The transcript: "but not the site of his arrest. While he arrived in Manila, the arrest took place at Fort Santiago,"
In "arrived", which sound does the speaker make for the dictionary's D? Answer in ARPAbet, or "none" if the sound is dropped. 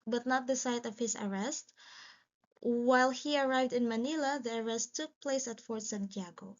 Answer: D